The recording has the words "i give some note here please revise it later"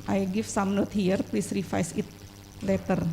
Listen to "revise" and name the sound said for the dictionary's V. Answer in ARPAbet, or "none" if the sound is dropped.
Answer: F